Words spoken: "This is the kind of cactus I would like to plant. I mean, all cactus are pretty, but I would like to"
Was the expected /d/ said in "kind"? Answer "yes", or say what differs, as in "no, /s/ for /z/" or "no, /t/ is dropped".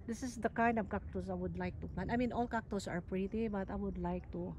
yes